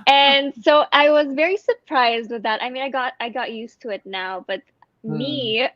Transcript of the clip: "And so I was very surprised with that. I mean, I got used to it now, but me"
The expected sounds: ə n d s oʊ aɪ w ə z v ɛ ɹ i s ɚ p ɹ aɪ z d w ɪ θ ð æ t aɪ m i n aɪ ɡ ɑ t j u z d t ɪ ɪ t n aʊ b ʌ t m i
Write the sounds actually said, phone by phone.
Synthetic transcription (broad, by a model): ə n s oʊ aɪ w ə z v ɛ ɹ i s ɚ p ɹ aɪ z d w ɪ ð æ t aɪ m i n aɪ ɡ ɑ t j u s t ɪ ɪ t n aʊ b ʌ t m i